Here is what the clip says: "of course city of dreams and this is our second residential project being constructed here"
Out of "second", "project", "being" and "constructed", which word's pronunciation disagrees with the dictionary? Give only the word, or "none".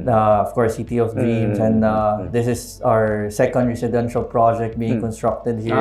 none